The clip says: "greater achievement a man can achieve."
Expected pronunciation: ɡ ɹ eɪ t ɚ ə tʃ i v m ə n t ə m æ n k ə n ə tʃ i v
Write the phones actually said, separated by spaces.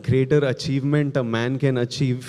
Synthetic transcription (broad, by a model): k ɹ eɪ t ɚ ə tʃ i v m ə n t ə m æ n k ə n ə tʃ i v